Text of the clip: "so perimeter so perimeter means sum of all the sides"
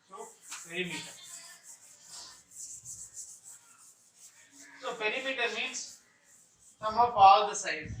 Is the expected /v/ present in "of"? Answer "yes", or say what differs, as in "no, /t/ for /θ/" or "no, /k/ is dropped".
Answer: no, /p/ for /v/